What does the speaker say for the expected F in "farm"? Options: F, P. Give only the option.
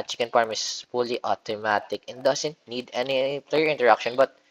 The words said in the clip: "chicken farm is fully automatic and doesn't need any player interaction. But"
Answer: P